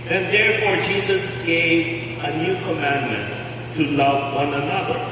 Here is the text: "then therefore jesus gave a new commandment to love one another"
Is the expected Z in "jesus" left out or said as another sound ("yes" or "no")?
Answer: no